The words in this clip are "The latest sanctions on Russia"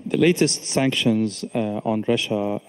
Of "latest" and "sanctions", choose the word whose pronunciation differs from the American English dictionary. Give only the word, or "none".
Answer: none